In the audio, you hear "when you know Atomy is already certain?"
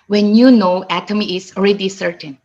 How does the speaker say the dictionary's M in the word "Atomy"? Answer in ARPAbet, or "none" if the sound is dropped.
M